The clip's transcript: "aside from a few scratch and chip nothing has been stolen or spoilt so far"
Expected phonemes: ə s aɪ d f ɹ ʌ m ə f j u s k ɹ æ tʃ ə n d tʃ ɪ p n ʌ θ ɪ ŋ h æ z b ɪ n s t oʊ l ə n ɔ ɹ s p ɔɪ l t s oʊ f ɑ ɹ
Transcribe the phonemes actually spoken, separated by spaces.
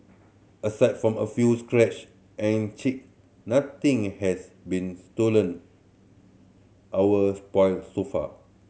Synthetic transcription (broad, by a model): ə s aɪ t f ɹ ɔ m ə f j u s k ɹ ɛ tʃ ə n tʃ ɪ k n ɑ t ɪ ŋ h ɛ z b ɪ n s t oʊ l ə n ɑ w s p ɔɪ l s oʊ f ɑ